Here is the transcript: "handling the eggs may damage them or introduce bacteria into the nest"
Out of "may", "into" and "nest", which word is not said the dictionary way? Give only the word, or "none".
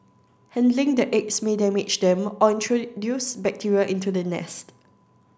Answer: none